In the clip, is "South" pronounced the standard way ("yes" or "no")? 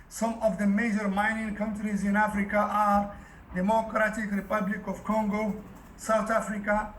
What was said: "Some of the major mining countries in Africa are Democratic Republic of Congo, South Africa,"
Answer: no